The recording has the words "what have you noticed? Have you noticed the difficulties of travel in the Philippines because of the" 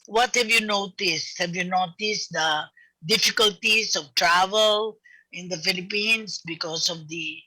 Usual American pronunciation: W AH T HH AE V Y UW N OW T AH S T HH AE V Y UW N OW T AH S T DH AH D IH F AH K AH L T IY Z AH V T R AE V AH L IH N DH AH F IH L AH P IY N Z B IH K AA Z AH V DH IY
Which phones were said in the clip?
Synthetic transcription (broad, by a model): W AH T HH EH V Y UW N OW T AH S T HH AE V Y UW N OW T AH S T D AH D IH F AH K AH L T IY S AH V T R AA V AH L IH N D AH F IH L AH P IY N S B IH K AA S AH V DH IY